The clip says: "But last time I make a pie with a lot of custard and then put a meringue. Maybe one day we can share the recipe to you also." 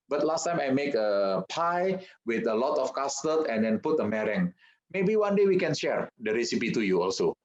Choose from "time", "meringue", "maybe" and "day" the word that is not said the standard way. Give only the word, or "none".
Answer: none